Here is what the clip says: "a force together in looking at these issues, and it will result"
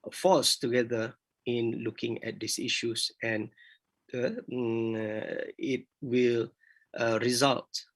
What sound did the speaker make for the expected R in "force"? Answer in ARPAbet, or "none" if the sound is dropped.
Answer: L